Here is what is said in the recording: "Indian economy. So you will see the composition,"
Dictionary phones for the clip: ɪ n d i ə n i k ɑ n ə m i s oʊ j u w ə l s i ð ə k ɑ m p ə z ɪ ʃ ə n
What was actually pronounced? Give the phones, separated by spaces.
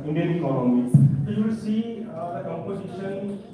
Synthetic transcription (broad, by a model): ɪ n d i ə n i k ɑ l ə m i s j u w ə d s i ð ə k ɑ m p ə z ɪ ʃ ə n